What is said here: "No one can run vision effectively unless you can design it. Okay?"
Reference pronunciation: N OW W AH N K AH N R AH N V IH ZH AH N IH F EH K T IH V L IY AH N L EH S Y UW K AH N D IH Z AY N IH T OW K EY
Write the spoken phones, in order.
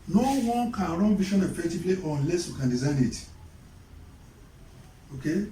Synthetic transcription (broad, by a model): N OW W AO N K AH N R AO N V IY SH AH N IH F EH K T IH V L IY AH N L EH S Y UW K AH N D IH Z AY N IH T OW K EY